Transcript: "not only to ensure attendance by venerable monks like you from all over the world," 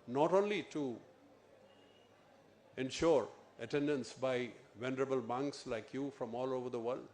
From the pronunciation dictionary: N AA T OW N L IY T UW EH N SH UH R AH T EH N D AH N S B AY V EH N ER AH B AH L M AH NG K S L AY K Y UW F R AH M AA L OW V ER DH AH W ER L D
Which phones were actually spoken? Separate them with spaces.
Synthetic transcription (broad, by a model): N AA T OW N L IY T UW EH N SH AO R AH T EH N D AH N S B AY V EH N ER AH B AH L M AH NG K S L AY K Y UW F R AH M AA L OW V ER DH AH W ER L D